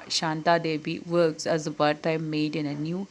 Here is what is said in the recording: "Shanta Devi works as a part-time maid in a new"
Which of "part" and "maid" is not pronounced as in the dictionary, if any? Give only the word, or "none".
part